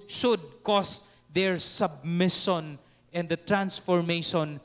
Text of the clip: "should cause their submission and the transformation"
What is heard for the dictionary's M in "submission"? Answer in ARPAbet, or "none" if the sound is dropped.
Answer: M